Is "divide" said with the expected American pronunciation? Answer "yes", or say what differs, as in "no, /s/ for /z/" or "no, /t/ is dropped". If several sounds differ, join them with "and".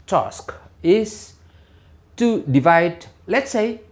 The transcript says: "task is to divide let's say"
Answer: yes